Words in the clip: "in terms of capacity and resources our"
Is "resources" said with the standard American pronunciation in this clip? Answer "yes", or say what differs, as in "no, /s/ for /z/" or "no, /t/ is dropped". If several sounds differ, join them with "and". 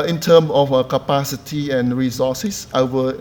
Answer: no, /s/ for /z/